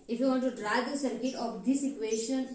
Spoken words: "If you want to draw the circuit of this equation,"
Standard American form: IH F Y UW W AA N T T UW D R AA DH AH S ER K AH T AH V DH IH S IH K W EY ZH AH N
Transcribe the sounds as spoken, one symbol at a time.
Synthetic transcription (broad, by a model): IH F Y UW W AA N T T UW D R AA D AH S ER K AH T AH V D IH S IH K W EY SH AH N